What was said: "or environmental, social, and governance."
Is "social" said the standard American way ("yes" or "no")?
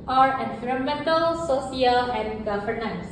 no